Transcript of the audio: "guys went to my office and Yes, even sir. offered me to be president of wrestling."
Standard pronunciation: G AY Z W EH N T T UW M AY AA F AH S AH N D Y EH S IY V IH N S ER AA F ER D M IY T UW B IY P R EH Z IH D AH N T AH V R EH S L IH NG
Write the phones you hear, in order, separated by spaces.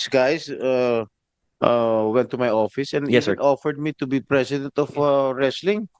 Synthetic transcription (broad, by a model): G AY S W EH N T T UW M AY AA F AH S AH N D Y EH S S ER AA F ER D M IY T UW B IY P R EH S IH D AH N T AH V R EH S L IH NG